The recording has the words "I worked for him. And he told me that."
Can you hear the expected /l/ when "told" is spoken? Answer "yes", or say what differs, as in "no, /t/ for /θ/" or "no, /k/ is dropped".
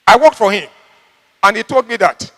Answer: yes